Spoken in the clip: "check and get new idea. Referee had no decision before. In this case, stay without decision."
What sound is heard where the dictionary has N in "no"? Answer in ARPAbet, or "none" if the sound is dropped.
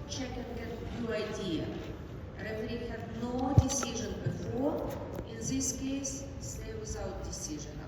N